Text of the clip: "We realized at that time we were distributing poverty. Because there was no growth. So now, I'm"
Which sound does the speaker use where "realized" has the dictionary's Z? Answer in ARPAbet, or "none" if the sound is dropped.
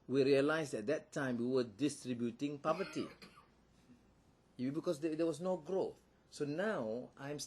S